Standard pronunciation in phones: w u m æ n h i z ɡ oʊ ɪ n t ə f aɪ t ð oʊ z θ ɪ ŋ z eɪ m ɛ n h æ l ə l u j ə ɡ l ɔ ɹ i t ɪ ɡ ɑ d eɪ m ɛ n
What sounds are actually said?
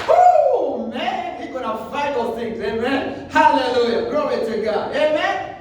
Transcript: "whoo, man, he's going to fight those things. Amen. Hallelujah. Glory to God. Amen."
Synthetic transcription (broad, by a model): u m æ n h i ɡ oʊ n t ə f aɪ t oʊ θ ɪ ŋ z eɪ m ɛ n h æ l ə l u j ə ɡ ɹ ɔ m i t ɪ ɡ ɑ d eɪ m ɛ n